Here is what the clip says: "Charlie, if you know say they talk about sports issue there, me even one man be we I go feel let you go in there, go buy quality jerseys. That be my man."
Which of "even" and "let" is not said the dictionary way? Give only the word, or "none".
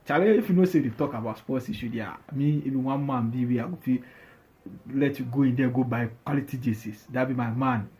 even